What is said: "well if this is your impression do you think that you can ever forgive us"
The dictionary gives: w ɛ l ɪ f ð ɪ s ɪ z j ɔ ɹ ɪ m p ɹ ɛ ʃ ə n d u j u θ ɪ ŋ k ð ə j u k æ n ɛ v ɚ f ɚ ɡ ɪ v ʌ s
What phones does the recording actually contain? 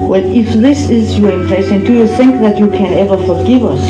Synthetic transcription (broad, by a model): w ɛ l ɪ f ð ɪ s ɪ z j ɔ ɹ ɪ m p l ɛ s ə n d u j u θ ɪ ŋ k ð ə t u k æ n ɛ v ɚ f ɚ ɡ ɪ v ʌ s